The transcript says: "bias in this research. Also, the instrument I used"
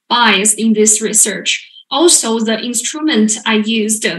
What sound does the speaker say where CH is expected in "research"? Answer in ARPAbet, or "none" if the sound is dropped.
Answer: CH